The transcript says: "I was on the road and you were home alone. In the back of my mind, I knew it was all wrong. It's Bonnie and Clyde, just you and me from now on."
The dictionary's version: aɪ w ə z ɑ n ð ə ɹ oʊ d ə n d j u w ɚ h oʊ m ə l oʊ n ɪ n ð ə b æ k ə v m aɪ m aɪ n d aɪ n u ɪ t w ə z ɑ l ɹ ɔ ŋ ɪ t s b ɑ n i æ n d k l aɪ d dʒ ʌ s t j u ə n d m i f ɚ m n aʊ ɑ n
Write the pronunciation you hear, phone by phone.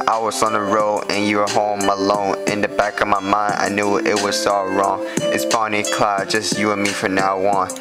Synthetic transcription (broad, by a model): aɪ w ə z n ð ə ɹ oʊ ə n j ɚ h oʊ m ə l oʊ n ɪ n ð ə b æ k ə v m aɪ m aɪ n d aɪ n u ɪ t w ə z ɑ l ɹ ɔ ŋ ɪ t s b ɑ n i k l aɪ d dʒ ʌ s t j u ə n m i f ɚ n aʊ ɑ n